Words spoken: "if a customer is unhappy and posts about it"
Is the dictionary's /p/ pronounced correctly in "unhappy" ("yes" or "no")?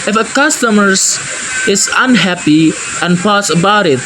yes